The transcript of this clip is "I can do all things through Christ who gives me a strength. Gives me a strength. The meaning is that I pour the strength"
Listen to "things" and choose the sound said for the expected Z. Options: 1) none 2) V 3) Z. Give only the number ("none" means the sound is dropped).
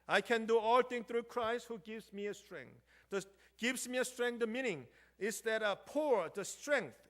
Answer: 1